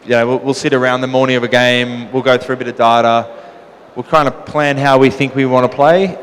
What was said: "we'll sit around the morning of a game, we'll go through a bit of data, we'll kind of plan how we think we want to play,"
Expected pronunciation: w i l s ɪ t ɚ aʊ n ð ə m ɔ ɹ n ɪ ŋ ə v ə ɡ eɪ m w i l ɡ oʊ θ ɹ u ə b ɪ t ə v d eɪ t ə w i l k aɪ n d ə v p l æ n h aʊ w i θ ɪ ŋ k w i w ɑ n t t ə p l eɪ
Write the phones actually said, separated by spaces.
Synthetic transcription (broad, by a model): w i l s ɪ t ɚ aʊ n ð ə m ɔ ɹ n ɪ ŋ ə v ə ɡ eɪ m w i l ɡ oʊ θ ɹ u ə b ɪ t ə v d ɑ t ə w i l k aɪ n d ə p l æ n h aʊ w i θ ɪ ŋ k w i w ɑ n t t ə p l eɪ